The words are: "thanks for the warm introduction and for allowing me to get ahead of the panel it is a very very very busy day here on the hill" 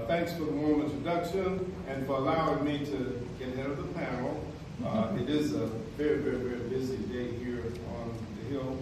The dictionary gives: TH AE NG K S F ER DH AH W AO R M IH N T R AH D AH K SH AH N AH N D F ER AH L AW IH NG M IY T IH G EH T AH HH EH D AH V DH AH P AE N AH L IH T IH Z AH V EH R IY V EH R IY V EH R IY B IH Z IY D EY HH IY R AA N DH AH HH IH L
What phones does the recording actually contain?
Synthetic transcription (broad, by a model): TH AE NG K S F ER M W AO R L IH N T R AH D AH K SH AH N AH N F ER AH L AW IH NG M IY T IH G EH T HH EH D AH V DH AH P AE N L IH T IH Z AH V EH R IY V EH R IY V EH R IY B IH Z IY D EY HH IY R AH N DH AH HH IH L